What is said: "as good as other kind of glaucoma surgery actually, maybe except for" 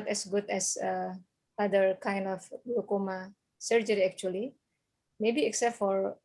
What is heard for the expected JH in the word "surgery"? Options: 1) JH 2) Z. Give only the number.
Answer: 1